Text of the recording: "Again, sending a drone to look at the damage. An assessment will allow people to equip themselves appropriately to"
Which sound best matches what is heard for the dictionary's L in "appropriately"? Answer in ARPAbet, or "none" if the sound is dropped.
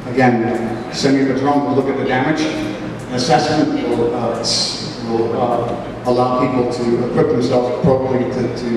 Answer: none